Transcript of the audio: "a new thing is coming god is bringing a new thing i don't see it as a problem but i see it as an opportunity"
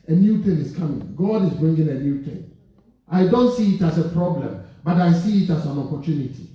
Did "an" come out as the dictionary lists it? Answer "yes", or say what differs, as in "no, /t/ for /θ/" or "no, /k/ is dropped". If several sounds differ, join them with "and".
yes